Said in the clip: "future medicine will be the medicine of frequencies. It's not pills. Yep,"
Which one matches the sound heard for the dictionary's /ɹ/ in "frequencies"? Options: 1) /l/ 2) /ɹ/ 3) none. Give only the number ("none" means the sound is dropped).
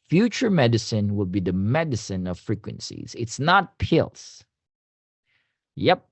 2